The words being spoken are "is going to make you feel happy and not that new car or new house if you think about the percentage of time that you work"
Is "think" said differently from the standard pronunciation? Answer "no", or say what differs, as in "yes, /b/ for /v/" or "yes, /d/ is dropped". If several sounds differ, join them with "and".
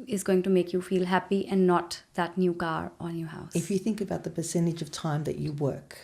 no